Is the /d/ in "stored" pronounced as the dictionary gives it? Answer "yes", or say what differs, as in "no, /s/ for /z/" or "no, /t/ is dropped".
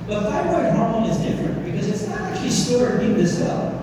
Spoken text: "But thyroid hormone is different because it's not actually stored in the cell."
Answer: no, /d/ is dropped